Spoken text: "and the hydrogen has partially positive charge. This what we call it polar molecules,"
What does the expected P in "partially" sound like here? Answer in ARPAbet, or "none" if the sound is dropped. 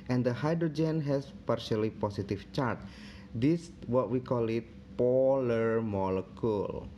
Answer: P